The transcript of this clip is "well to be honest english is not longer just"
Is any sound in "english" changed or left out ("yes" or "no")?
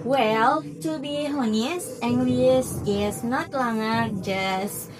yes